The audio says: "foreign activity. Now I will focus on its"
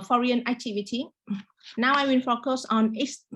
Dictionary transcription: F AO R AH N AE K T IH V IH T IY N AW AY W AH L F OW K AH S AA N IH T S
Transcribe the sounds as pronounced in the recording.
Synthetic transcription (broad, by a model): F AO R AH N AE K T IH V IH T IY N AW AY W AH N F OW K AH S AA N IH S